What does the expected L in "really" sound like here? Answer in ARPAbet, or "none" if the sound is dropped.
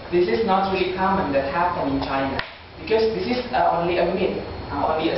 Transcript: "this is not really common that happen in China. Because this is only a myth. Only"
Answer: none